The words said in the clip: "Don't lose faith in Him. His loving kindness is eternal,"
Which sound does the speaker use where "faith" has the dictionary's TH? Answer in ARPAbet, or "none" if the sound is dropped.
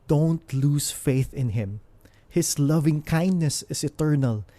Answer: TH